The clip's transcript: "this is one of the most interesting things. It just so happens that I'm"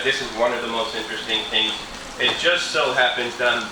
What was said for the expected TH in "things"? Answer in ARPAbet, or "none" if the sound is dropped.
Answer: TH